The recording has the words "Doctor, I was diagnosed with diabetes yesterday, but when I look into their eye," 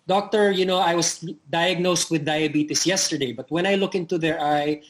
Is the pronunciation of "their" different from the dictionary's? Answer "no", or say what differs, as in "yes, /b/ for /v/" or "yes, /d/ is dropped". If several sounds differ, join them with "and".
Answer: no